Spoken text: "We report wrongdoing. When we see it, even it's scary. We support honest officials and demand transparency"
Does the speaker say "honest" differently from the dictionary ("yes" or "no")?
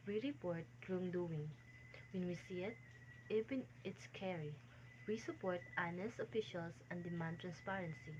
yes